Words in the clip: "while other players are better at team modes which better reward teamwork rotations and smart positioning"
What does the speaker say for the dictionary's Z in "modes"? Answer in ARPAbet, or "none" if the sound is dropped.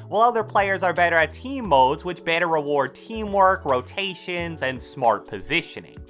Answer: Z